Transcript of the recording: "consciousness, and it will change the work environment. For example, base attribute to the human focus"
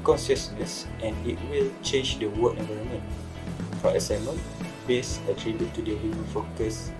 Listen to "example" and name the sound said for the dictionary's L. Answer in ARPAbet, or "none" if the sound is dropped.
N